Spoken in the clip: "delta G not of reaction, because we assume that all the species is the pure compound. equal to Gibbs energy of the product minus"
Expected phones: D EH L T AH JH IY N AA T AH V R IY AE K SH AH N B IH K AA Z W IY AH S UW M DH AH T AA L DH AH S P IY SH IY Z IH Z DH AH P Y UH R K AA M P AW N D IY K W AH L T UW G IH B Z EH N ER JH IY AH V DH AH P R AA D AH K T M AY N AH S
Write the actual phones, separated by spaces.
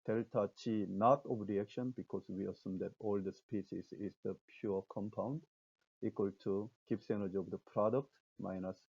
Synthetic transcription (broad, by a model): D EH L T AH CH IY N AA T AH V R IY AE K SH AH N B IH K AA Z W IY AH S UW M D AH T AA L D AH S P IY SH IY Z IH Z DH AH P Y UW K AA M P AW N D IY K W AH L T UW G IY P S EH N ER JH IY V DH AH P R AA D AH K T M AY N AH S